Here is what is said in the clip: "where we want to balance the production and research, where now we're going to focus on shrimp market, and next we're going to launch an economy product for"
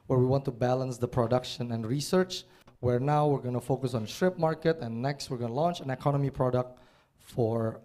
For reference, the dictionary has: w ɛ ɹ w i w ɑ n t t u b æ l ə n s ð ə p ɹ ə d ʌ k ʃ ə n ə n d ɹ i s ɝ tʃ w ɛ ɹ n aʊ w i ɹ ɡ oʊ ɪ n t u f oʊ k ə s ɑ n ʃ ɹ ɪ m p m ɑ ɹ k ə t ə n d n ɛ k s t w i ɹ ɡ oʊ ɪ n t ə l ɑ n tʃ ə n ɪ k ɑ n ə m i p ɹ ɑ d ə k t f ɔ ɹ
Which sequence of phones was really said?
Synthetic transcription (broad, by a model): w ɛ ɹ w i w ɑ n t t u b æ l ə n s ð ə p ɹ ə d ʌ k ʃ ə n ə n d ɹ i s ɝ tʃ w ɛ ɹ n aʊ w i ɹ ɡ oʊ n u f oʊ k ə s ɑ n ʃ ɹ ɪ p m ɑ ɹ k ə t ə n n ɛ k s t w i ɹ ɡ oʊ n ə l ɑ n tʃ ə n ɪ k ɑ n ə m i p ɹ ɑ d ə k t f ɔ ɹ